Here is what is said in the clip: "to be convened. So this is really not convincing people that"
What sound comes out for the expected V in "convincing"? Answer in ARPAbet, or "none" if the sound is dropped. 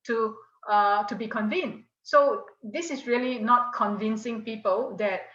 V